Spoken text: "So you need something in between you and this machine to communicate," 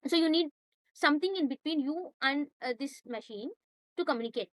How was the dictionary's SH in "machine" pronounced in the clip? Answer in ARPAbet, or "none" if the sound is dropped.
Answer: SH